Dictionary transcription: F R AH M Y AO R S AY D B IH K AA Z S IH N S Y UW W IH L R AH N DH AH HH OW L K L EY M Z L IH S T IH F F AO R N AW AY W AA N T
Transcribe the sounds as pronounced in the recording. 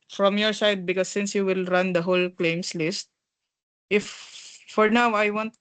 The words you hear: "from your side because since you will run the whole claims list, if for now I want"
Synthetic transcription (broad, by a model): F R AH M Y AO R S AY D B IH K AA S IH N S Y UW W IH L R AH N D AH HH OW L K L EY M S L IH S T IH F F AO R N AW AY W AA N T